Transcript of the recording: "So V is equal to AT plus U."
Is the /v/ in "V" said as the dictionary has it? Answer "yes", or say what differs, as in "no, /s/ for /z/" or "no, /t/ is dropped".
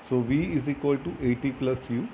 yes